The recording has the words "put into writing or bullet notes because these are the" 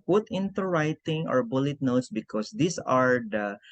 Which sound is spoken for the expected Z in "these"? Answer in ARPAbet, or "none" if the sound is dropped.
S